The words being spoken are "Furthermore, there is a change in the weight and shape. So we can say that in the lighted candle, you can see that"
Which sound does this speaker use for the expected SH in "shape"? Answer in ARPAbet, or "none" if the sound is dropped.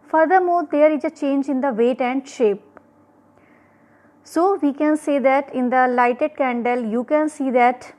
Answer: SH